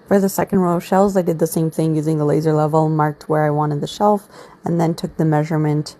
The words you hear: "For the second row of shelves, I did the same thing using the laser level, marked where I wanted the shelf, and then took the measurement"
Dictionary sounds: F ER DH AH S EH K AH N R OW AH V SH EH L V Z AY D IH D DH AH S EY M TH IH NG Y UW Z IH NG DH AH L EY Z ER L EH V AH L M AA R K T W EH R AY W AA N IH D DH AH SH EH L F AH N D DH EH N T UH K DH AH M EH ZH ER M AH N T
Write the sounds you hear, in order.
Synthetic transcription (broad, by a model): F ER DH AH S EH K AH N R OW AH SH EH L Z AY D IH D DH AH S EY M TH IH NG Y UW Z IH NG DH AH L EY Z ER L EH V L M AA R K T W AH R AY W AA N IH D DH AH SH EH L F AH N DH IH N T UH K DH AH M EH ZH ER M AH N T